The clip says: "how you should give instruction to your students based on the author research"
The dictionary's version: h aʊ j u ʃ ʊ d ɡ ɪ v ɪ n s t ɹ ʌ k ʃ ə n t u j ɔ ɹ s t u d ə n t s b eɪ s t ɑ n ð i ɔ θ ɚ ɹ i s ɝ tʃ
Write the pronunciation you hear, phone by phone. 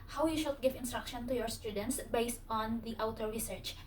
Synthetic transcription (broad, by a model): h aʊ j u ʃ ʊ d ɡ ɪ v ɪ n s t ɹ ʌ k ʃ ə n t u j ɔ ɹ s t u d ə n t s b eɪ s t ɑ n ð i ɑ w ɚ ɹ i s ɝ tʃ